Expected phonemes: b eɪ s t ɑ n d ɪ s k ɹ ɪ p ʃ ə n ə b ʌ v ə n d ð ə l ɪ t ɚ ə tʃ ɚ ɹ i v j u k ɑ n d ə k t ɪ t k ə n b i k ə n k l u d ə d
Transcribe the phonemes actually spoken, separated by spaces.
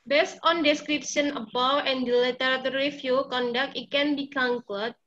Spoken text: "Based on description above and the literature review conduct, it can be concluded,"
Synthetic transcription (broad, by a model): b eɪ s t ɑ n d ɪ s k ɹ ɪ p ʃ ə n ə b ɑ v ə n d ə l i t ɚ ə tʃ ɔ ɹ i f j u k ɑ n d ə k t ɪ t k ə n b i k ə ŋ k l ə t